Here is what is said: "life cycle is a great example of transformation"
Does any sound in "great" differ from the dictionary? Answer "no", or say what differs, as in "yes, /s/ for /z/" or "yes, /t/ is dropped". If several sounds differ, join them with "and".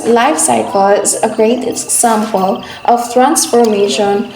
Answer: yes, /t/ is dropped